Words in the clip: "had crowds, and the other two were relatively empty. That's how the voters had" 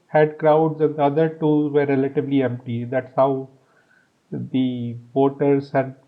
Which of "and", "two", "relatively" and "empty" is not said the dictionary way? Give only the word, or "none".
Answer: relatively